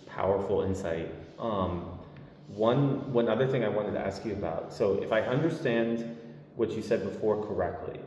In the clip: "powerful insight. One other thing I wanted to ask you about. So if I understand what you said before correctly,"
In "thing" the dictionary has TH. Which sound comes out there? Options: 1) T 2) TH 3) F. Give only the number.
2